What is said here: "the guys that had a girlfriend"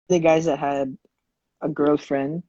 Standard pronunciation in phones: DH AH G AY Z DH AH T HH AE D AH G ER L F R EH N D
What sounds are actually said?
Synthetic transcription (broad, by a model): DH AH G AY Z DH AH T HH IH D AH G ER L F R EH N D